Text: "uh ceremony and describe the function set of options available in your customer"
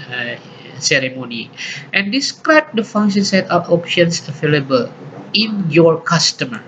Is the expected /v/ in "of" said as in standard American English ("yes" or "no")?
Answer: no